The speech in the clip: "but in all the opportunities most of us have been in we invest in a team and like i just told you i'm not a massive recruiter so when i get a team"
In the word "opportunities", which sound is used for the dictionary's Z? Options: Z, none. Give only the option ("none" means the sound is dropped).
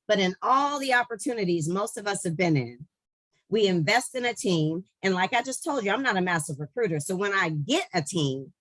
Z